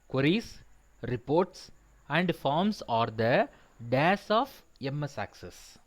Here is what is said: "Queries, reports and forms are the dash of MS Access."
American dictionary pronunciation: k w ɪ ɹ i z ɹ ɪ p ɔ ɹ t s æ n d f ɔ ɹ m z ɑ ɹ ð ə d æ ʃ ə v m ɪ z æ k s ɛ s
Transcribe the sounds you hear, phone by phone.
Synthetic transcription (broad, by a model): k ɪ ɹ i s ɹ ɪ p ɔ ɹ t s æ n d f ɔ ɹ m s ɑ ɹ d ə d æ s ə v m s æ k s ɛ s